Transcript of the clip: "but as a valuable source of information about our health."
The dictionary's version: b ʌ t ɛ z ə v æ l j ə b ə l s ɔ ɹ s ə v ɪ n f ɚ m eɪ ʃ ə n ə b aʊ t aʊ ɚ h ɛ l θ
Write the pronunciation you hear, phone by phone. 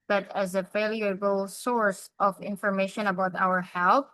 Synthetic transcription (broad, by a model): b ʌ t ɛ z ə f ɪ l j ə b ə l s ɔ ɹ s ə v ɪ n f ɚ m eɪ ʃ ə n ə b aʊ t aʊ ɚ h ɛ l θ